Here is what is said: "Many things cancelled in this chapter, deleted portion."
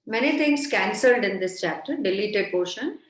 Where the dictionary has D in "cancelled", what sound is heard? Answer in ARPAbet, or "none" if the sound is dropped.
D